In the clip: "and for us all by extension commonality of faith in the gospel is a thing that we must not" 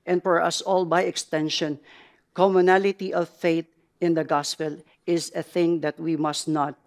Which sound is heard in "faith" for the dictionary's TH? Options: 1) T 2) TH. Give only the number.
1